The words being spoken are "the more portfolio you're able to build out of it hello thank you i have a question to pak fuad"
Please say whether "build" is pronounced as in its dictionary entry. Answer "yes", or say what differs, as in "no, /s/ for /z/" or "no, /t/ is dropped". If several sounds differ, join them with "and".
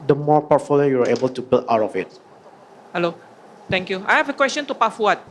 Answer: no, /d/ is dropped